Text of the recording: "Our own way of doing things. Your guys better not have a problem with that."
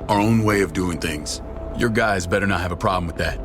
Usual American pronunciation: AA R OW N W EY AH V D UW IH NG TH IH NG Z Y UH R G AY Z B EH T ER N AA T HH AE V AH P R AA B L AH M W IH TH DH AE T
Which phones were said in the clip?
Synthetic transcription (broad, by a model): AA R OW N W EY AH V D UW IH NG TH IH NG Z Y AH R G AY Z B EH T ER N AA T HH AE V AH P R AA B L AH M W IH DH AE T